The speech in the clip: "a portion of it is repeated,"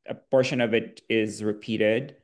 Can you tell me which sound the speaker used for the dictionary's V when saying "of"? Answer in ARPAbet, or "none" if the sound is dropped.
V